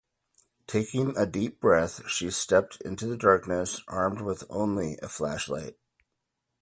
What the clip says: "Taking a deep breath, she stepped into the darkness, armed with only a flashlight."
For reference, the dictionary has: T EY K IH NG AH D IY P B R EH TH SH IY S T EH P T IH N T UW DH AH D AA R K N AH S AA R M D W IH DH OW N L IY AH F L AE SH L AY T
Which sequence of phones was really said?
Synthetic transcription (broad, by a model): T EY K IH NG AH D IY P B R EH TH SH IY S T EH P T IH N T UW DH AH D AA R K N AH S AA R M D W IH DH OW N L IY AH F L AE SH L AY T